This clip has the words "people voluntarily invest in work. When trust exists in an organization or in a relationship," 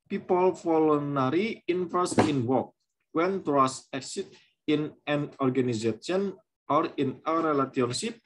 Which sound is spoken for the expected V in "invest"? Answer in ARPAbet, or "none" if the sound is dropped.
F